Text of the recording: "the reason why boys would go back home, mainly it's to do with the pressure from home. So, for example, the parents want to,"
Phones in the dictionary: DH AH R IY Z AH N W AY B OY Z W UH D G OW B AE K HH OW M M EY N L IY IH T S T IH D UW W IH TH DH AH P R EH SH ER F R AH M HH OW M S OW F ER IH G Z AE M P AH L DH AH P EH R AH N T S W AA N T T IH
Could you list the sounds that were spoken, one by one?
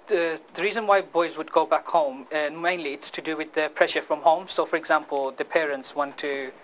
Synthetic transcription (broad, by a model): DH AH R IY Z AH N W AY B OY Z W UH D G OW B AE K HH OW M M EY N L IY IH T S T IH D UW W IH DH AH P R EH SH ER F R AH M HH OW M S OW F ER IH G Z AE M P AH L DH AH P EH R AH N T S W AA N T T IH